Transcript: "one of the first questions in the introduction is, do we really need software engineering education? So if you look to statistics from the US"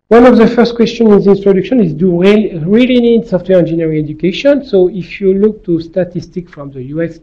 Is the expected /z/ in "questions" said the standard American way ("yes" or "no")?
no